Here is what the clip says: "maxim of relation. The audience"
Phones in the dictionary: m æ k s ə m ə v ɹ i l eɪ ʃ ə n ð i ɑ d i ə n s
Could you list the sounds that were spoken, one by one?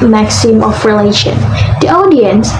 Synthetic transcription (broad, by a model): m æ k s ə m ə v ɹ i l eɪ ʃ ə n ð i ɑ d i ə n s